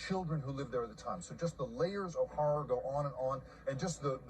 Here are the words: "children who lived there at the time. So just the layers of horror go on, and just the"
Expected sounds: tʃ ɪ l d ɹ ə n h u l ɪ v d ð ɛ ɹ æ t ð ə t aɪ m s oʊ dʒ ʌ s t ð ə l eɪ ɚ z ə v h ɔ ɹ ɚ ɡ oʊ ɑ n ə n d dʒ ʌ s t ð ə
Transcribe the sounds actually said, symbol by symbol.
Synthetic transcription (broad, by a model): tʃ ɪ l d ɹ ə n h u l ɪ v ð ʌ ɹ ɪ t ð ə t aɪ m s oʊ dʒ ʌ s t ð ə l eɪ ɚ z ə v h ɔ ɹ ɚ ɡ oʊ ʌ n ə n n dʒ ʌ s t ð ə